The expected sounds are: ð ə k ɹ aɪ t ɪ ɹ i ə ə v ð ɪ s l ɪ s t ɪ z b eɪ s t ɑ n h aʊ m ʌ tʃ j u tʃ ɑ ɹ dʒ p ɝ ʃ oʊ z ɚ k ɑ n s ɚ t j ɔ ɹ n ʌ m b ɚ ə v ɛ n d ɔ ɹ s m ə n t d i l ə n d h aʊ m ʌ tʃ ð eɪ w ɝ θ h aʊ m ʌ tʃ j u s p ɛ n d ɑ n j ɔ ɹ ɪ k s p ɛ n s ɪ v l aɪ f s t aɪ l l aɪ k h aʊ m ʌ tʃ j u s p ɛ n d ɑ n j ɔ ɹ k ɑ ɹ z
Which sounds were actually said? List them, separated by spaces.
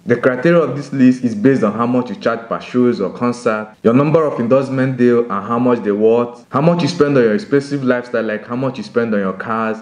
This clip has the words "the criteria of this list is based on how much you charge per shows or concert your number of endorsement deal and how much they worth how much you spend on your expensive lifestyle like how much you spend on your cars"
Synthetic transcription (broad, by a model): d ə k ɹ aɪ t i ɹ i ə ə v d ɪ s l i s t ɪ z b eɪ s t ɑ n h aʊ m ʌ tʃ j u tʃ ɑ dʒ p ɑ ʃ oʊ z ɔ k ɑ n s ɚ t j ɔ n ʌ m b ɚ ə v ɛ n d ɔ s m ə n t d i l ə n h aʊ m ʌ tʃ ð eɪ w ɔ t h aʊ m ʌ tʃ j u s p ɛ n d ɑ n j ɔ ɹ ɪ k s p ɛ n s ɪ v l aɪ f s t aɪ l l aɪ k h aʊ m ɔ tʃ j u s p ɛ n d ɑ n j ɔ k ɑ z